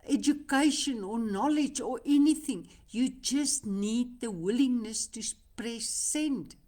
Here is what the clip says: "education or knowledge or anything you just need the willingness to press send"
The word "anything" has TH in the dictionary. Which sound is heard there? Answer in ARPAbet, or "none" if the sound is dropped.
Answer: TH